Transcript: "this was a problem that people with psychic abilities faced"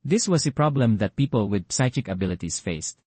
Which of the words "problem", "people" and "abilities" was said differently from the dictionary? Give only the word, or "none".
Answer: abilities